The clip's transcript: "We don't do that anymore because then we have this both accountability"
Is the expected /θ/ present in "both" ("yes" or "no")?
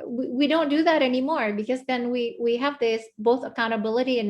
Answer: yes